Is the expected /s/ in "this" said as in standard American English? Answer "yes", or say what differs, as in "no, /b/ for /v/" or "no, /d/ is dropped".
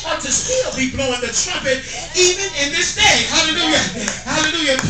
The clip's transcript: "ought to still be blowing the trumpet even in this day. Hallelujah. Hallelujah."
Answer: yes